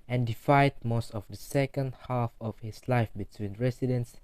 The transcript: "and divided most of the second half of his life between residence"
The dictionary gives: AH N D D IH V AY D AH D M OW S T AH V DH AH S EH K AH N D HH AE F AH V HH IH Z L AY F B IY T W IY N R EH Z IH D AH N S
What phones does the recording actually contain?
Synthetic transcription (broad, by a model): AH N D D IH F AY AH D M OW S T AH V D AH S EH K AH N D HH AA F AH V HH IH S L AY F B IY T W IY N R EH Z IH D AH N S